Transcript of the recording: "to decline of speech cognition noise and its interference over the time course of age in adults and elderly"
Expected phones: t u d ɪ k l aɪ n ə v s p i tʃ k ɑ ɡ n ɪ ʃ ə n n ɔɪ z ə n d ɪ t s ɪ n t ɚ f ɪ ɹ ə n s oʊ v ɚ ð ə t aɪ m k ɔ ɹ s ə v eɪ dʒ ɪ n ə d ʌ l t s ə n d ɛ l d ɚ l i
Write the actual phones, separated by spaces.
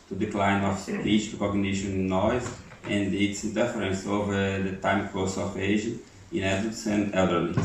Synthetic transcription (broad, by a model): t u d ɪ k l aɪ n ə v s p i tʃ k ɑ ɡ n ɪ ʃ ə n n ɔɪ z ə n d ɪ t s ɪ n t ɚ f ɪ ɹ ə n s oʊ v ɚ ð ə t aɪ m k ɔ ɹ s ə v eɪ ʒ ɪ n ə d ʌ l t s ə n d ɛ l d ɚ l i